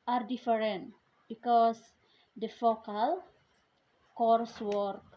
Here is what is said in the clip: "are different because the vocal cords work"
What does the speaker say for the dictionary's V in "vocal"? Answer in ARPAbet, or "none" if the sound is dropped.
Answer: F